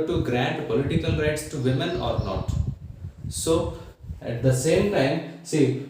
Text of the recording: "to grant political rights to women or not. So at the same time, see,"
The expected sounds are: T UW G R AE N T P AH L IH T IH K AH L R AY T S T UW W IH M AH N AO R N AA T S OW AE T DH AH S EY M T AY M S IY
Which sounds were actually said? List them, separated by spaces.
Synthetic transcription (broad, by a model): T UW G R AE N T P AH L IH T IH K AH L R AY T S T UW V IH M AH N AO R N AA T S OW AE T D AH S EY M T AY M S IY